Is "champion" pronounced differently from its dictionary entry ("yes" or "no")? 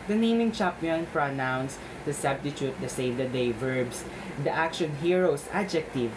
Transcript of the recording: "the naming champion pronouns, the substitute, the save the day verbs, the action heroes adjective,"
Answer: yes